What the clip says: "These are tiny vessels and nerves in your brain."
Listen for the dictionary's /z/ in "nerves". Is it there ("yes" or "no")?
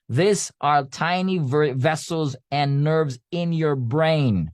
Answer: yes